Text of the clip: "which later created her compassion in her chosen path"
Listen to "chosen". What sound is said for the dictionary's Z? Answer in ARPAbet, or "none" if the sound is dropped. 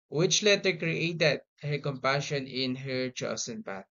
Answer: S